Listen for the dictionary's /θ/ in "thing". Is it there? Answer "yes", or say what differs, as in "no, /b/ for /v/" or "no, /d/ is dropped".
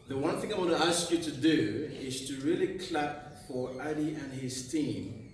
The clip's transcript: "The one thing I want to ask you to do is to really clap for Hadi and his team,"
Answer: yes